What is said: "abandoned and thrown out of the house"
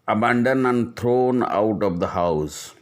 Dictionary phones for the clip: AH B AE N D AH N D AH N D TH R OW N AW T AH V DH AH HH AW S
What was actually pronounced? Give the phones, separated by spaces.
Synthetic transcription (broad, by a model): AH B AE N D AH N AH N D T R OW N AW T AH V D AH HH AW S